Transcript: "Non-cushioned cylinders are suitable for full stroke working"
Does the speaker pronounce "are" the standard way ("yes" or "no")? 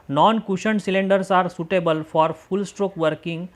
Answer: yes